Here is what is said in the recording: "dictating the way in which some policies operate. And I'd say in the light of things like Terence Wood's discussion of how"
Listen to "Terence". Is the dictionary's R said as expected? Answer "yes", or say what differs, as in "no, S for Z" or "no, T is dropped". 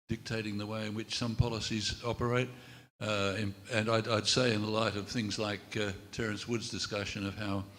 yes